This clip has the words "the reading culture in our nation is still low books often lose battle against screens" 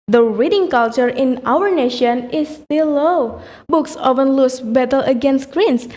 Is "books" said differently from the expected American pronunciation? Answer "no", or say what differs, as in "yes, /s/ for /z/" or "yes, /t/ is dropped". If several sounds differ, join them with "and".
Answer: no